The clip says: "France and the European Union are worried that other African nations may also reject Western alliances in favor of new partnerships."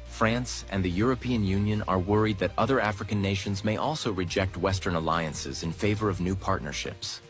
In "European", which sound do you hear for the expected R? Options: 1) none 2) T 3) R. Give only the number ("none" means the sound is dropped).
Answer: 3